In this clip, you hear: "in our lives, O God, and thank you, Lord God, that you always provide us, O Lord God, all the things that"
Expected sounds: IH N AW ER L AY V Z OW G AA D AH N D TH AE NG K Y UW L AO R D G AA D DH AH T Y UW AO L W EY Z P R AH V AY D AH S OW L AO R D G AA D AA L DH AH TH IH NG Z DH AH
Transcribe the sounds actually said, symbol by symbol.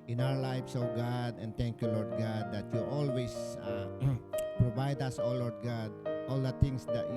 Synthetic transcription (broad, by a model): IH N AW ER L AY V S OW G AA D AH N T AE NG K Y UW L AO R D G AA D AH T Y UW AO L W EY S P R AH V AY D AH S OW L AO R D G AA D AA L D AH T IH NG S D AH